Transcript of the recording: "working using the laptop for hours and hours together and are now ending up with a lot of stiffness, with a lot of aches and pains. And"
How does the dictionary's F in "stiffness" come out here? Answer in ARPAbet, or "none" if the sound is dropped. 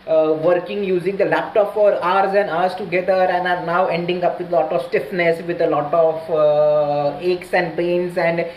F